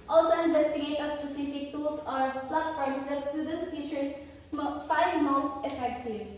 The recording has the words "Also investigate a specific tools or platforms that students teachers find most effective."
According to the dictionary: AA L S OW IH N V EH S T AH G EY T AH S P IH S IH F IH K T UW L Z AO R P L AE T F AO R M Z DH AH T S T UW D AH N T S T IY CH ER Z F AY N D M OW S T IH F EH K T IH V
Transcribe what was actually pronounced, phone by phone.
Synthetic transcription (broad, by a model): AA L S OW IH N V EH S T AH G EY T AH S P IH S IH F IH K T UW Z AO R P L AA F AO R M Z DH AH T S T UW D AH N T S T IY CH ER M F AY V M OW S T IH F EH K T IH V